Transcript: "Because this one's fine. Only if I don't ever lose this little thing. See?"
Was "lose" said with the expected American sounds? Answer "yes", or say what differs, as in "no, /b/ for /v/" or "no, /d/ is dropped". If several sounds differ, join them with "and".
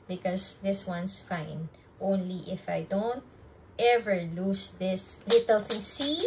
no, /s/ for /z/